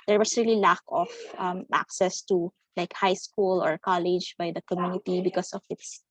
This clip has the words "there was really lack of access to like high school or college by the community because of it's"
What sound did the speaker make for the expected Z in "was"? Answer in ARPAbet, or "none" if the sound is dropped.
S